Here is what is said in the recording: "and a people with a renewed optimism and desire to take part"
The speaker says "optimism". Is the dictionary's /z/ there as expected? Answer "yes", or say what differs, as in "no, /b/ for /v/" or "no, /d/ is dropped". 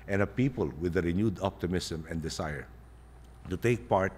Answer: no, /s/ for /z/